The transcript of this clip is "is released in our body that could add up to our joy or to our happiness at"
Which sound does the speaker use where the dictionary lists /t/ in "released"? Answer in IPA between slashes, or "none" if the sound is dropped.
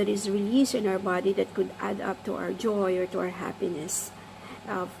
none